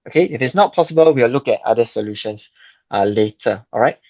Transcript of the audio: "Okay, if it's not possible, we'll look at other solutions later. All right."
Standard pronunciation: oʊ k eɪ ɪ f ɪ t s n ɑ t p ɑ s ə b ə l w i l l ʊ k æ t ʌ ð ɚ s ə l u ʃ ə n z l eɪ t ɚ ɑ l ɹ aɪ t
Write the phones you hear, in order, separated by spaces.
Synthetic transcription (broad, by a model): oʊ k eɪ ɪ f ɪ t s n ɑ t p ɑ s ə b ə l w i w l ʊ k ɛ t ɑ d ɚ s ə l u ʃ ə n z l eɪ t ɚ ɑ l ɹ aɪ t